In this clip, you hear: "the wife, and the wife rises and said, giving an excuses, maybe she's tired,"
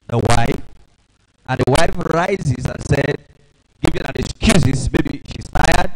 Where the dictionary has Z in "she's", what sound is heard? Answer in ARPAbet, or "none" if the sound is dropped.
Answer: S